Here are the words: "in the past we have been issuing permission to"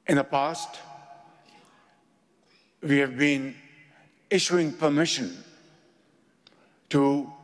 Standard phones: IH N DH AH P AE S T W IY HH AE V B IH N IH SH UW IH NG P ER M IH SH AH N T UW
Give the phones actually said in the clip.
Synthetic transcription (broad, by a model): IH N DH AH P AE S T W IY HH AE V B IH N IH SH UW IH NG P ER M IH SH AH N T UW